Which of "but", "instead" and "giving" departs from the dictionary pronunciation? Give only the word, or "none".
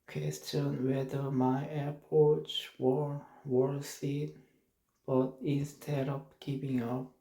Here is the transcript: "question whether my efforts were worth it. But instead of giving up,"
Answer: giving